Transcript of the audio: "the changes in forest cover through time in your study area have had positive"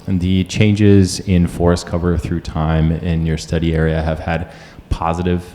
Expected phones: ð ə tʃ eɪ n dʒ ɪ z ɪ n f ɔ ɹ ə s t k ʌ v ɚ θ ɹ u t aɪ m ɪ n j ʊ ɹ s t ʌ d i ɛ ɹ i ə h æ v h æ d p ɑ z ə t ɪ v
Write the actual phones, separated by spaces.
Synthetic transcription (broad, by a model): ð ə tʃ eɪ n dʒ ɪ z ɪ n f ɔ ɹ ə s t k ʌ v ɚ θ ɹ u t aɪ m ɪ n j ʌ ɹ s t ʌ d i ɛ ɹ i ə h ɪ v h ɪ d p ɑ z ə t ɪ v